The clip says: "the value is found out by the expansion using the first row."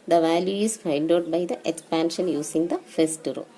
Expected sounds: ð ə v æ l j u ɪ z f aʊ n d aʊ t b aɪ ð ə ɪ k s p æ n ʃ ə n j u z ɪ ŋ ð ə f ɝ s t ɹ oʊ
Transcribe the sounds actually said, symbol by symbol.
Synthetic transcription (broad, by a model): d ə v æ l j u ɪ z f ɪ n d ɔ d b aɪ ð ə ɪ k s p æ n ʃ ə n j u s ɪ ŋ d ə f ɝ s t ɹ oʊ